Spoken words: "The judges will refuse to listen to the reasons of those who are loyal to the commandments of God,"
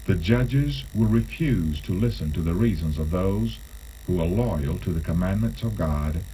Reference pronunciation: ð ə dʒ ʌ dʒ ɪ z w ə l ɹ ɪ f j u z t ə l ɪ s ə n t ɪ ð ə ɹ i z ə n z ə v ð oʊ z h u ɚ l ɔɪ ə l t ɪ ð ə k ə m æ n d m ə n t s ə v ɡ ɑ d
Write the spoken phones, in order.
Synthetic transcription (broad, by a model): ð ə dʒ ʌ dʒ ɪ z w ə ɹ ɪ f j u z t ə l ɪ s ə n t ɪ ð ə ɹ i z ə n z ə v ð oʊ z h u ɚ l ɔɪ ə l t ɪ ð ə k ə m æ n m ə n t s ə v ɡ ɑ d